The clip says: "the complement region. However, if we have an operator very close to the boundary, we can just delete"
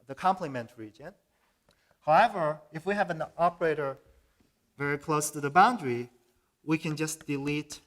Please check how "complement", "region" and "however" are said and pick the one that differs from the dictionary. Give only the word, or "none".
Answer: none